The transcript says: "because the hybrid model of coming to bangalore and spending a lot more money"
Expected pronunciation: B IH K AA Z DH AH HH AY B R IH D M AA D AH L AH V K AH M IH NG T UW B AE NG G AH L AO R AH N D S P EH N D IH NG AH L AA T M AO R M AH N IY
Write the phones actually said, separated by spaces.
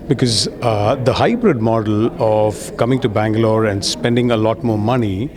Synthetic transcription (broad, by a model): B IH K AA Z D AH HH AY B R IH D M AA D AH L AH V K AH M IH NG T UW B AE NG G AH L AO R AH N D S P EH N D IH NG AH L AA T M AO R M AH N IY